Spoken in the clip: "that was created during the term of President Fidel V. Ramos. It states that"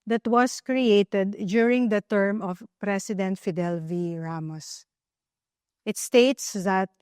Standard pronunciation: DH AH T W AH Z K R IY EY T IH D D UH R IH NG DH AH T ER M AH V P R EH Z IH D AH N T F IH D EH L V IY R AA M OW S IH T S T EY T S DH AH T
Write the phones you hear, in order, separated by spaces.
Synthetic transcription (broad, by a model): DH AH T W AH S K R IY EY T IH D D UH R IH NG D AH T ER M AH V P R EH S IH D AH N T F IH D EH L V IY R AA M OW S IH T S T EY T S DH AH T